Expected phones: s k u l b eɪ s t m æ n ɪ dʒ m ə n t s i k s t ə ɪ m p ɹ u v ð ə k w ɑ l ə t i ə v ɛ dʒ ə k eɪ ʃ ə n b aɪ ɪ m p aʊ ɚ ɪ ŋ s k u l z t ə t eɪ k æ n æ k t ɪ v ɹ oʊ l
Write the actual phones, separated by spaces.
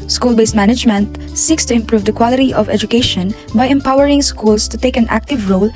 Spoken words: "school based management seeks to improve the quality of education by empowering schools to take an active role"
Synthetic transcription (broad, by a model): s k u l b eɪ s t m æ n ɪ dʒ m ə n t s i k s t ə ɪ m p ɹ u v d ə k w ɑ l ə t i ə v ɛ dʒ ə k eɪ ʃ ə n b aɪ ɪ m p aʊ ɚ ɪ ŋ s k u l s t ə t eɪ k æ n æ k t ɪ v ɹ oʊ l